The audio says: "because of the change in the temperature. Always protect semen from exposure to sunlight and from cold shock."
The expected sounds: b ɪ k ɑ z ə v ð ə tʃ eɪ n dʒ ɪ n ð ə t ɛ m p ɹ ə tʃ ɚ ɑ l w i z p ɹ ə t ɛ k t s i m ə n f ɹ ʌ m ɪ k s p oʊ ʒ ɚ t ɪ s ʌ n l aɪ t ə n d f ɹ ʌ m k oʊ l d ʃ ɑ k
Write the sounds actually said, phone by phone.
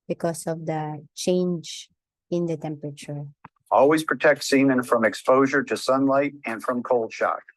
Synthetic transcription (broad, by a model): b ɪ k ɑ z ə v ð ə tʃ eɪ n dʒ ɪ n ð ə t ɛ m p ɹ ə tʃ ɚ ɑ l w i z p ɹ ə t ɛ k t s i m ə n f ɹ ʌ m ɪ k s p oʊ ʒ ɚ t ɪ s ʌ n l aɪ t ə n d f ɹ ʌ m k oʊ l d ʃ ɑ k